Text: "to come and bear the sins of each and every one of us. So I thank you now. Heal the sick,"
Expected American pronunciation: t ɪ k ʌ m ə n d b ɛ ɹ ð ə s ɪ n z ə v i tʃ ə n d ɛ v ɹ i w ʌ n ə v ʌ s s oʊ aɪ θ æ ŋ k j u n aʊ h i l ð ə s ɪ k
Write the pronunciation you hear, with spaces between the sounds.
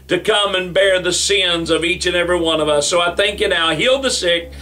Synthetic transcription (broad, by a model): t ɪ k ʌ m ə n b ɛ ɹ ð ə s ɪ n z ə v i tʃ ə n ɛ v ɹ i w ʌ n ə v ʌ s s oʊ aɪ θ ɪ ŋ k j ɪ n aʊ h i l ð ə s ɪ k